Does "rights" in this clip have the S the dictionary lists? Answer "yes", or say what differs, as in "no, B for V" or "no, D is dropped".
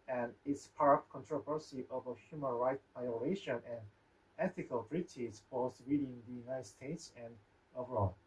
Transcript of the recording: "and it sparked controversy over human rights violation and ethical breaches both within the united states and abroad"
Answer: no, S is dropped